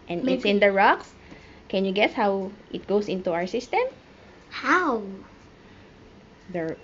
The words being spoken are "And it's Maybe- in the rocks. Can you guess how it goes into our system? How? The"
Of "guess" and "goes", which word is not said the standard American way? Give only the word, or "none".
goes